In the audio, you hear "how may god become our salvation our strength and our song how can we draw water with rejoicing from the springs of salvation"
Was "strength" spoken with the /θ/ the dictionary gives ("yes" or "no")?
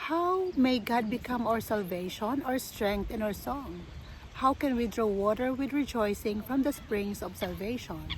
no